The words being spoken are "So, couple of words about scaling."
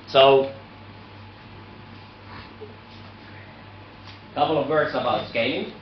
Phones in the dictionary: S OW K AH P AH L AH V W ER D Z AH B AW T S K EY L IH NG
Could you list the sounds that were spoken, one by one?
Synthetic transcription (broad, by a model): S OW K AH P L AH V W ER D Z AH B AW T S K EY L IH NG